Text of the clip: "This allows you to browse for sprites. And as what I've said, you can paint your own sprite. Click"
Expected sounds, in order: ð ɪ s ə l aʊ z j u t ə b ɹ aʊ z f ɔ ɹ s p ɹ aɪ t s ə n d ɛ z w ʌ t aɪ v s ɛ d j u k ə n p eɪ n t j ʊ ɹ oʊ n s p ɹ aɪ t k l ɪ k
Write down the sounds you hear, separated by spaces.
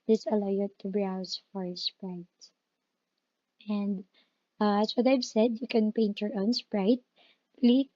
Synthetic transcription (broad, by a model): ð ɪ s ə l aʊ j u t ə b ɹ aʊ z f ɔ ɹ s p ɹ aɪ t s ə n d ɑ s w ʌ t aɪ v s ɛ d j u k ə n p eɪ n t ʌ ɹ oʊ n s p ɹ aɪ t l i